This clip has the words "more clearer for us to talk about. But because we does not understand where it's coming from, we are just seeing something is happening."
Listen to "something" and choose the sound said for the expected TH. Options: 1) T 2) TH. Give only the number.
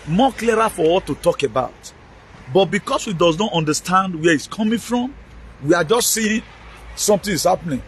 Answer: 1